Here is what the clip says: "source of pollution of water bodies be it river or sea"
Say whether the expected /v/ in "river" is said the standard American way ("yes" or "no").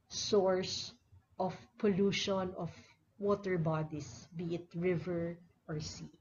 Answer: yes